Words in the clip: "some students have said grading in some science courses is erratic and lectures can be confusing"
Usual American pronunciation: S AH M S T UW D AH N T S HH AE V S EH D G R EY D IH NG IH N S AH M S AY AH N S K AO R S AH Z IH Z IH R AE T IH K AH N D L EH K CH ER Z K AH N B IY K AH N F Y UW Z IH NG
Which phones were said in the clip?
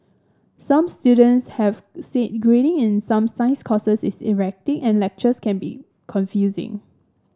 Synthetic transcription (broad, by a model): S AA M S T UW D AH N T S HH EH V S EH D G R EY D IH NG IH N S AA M S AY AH S K AO S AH S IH S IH R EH T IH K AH N L EH K CH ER S K AH N B IY K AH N F Y UW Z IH NG